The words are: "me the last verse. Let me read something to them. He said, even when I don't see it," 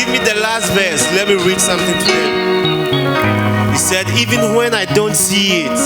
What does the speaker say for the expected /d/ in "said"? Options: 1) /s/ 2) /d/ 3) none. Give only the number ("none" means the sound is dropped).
2